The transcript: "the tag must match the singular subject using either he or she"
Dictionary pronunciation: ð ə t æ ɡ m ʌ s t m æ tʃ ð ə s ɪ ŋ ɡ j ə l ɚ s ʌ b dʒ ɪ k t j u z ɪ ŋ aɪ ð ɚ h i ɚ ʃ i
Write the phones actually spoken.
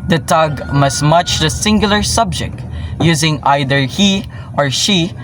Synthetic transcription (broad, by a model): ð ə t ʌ ɡ m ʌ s m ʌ tʃ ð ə s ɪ ŋ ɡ j l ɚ s ʌ b dʒ ɪ k t j u z ɪ ŋ aɪ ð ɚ h i ɚ ʃ i